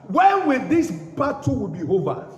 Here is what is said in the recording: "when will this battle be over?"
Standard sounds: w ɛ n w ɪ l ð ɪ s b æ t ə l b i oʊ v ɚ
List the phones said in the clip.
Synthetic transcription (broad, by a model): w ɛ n w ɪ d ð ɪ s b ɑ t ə w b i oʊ v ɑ